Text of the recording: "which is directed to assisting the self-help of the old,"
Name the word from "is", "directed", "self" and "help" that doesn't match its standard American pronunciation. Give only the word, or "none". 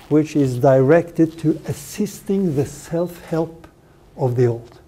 none